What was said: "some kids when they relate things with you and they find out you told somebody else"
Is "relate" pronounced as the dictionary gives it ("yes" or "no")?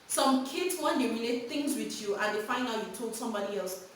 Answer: no